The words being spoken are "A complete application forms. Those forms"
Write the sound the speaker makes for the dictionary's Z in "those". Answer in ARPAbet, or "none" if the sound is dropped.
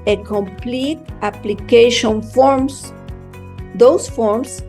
S